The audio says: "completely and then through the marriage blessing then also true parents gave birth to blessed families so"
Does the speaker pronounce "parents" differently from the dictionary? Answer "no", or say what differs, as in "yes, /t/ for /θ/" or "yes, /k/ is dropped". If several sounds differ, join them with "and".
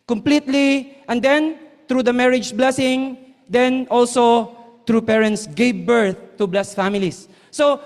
no